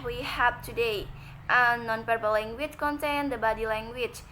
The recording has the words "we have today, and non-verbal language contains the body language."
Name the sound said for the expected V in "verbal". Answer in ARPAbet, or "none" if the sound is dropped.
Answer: P